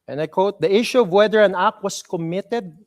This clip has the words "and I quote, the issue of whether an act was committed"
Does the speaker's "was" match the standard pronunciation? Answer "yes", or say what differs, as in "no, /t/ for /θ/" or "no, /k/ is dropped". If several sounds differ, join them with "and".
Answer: no, /s/ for /z/